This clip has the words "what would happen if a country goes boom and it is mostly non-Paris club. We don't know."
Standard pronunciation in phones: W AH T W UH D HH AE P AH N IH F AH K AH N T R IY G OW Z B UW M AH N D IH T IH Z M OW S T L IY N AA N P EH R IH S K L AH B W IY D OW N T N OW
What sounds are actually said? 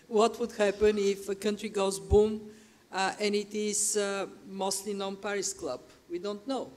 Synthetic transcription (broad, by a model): W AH T W UH D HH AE P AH N IH F AH K AH N T R IY G OW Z B UW M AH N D IH T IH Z M OW S T L IY N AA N P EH R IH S K L AH B W IY D OW N T N OW